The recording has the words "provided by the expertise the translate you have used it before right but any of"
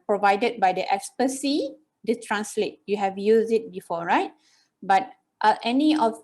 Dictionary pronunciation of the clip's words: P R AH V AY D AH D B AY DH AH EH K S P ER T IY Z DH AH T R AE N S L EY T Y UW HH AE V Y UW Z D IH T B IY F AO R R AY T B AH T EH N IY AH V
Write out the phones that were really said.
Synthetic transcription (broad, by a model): P R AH V AY D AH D B AY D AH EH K S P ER S IY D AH T R AE N S L EY T Y UW HH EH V Y UW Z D IH T B IY F AO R R AY T B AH T EH N IY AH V